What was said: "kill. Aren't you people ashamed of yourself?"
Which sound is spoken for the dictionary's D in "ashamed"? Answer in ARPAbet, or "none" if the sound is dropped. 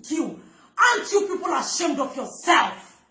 D